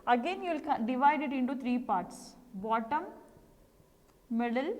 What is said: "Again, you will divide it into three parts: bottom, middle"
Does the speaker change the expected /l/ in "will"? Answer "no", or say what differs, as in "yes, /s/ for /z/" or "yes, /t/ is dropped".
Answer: yes, /n/ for /l/